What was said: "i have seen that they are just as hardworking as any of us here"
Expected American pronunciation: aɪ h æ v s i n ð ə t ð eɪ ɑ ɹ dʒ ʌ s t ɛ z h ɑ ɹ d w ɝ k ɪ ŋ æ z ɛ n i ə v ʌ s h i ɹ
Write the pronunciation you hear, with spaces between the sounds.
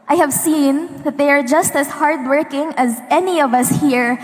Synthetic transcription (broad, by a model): aɪ h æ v s i n ð ə t ð eɪ ɑ ɹ dʒ ʌ s t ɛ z h ɑ ɹ d w ɝ k ɪ ŋ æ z ɛ n i ə v ʌ s h i ɹ